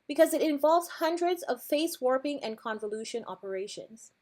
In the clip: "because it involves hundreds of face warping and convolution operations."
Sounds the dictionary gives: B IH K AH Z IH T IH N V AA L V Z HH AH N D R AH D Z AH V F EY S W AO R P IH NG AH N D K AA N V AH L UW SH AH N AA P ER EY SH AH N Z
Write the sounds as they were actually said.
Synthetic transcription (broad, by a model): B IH K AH Z IH T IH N V AA L V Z HH AH N D R AH D Z AH V F EY S W AO R P IH NG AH N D K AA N V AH L UW SH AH N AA P ER EY SH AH N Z